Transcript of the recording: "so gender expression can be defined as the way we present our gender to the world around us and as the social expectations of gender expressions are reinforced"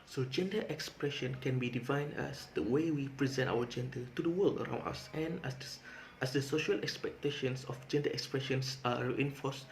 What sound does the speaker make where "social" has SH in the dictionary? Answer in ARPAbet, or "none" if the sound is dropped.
SH